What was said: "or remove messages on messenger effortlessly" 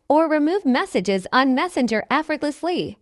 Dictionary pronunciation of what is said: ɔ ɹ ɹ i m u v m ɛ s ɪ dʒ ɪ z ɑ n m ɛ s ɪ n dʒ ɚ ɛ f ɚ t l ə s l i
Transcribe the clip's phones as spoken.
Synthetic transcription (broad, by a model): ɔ ɹ ɹ i m u v m ɛ s ɪ dʒ ɪ z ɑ n m ɛ s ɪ n dʒ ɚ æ f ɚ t l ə s l i